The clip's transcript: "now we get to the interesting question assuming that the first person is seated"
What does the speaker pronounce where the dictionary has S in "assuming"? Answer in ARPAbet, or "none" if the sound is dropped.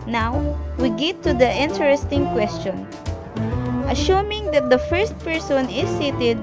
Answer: SH